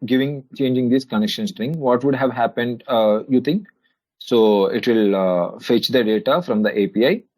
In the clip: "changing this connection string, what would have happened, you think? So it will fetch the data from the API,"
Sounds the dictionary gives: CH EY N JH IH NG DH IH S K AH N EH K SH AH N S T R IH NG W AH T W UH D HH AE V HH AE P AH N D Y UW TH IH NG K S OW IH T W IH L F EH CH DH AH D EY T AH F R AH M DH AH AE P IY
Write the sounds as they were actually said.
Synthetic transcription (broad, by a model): CH EY N JH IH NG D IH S K AH N EH K SH AH N S T R IH NG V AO T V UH D HH AE V HH AE P AH N D Y UW T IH NG K S OW IH T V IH L F EH CH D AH D EY T AH F R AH M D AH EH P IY